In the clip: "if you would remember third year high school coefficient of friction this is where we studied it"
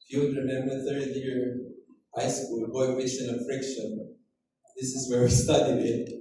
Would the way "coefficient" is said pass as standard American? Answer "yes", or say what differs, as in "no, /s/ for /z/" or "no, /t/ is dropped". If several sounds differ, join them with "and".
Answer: no, /t/ is dropped